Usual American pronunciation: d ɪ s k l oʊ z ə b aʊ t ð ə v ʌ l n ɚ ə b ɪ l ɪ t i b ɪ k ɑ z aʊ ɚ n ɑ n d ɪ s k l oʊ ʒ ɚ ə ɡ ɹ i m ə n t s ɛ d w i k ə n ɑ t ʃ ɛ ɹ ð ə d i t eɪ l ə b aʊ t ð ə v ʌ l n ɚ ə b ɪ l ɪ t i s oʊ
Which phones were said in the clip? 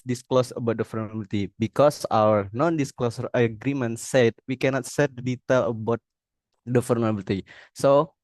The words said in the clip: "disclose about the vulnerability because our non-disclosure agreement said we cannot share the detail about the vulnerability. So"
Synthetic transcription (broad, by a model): d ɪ s k l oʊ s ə b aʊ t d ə f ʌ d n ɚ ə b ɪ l t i b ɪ k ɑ s aʊ ɚ n ɑ n d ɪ s k l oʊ s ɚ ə ɡ ɹ i m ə n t s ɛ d w i k ə n ɑ t s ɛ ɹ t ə d i t eɪ l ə b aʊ t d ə f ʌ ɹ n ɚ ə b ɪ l t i s oʊ